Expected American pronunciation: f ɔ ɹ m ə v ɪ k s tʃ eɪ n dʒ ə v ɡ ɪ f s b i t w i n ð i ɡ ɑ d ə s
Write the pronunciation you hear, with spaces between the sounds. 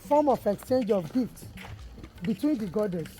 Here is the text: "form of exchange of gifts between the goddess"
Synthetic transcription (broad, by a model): f ɔ m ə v ɪ k s tʃ eɪ n dʒ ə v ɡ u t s b i t w i n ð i ɡ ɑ d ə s